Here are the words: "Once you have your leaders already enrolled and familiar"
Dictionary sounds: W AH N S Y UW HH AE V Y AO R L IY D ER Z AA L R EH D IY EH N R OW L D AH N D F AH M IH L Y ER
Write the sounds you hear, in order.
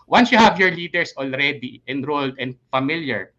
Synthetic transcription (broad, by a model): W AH N S Y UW HH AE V Y AO R L IY D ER S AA L R EH D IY EH N R OW L D AH N D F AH M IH L Y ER